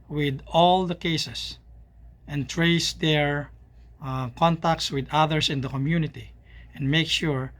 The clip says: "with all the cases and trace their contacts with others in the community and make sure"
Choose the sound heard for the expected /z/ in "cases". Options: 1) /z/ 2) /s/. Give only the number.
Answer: 2